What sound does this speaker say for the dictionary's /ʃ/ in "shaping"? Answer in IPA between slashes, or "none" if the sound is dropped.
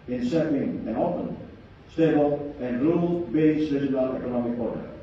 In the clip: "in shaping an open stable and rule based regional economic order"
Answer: /s/